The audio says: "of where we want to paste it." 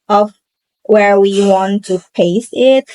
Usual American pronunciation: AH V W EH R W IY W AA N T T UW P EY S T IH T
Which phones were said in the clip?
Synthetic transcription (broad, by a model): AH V W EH R W IY W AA N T T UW P EY S IH T